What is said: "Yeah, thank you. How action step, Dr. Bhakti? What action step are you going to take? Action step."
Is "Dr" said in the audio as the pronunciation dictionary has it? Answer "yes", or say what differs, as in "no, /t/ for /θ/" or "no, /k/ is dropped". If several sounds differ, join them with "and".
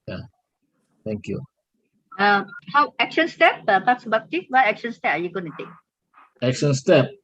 no, /s/ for /t/